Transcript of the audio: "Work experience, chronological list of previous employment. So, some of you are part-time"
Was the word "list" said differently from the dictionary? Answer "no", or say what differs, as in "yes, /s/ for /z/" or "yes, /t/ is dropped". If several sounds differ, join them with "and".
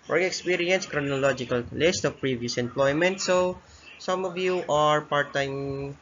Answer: no